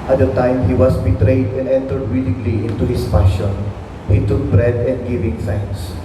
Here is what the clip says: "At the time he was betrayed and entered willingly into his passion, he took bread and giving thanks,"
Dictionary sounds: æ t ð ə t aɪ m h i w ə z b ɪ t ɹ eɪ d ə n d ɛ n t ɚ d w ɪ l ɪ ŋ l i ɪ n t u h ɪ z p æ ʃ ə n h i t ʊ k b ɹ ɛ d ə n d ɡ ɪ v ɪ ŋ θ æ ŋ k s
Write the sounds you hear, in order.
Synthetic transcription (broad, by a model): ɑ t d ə t aɪ m h i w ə s b ɪ t ɹ eɪ d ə n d ɛ n t ɚ d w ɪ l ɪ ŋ l i ɪ n t u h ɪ s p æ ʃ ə n h i t ʊ k b ɹ ɛ d ə n d ɡ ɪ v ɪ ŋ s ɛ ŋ s